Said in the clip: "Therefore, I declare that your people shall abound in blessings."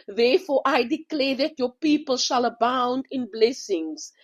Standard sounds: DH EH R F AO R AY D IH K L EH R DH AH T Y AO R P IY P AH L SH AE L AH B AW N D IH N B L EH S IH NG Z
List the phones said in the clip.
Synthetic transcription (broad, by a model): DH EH F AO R AY D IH K L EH DH AH T Y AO P IY P AH L SH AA L AH B AW N D IH N B L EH S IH NG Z